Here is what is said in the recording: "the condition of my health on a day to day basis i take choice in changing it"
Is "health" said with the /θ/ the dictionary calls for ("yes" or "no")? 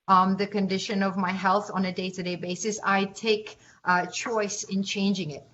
yes